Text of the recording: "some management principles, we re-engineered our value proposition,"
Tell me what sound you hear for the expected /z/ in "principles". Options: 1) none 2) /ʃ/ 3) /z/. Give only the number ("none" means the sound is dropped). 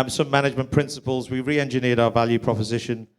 3